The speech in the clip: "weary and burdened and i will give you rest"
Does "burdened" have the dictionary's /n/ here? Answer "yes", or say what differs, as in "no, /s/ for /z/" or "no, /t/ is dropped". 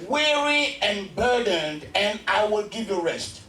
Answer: yes